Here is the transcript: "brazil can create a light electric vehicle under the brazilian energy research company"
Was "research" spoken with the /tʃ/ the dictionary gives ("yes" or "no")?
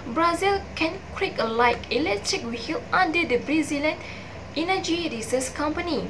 no